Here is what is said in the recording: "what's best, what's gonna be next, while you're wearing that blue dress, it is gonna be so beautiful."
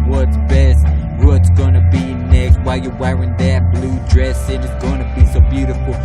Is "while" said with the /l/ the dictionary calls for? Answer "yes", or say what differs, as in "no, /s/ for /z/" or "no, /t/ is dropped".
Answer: yes